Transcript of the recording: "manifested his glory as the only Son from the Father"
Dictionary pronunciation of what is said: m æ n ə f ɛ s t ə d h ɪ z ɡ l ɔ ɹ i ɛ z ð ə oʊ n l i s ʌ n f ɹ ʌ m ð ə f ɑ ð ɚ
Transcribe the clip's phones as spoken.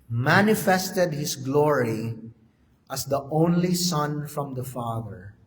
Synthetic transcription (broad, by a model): m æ n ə f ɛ s t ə d h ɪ s ɡ l ɔ ɹ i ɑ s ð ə oʊ n l i s ʌ n f ɹ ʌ m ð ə f ɑ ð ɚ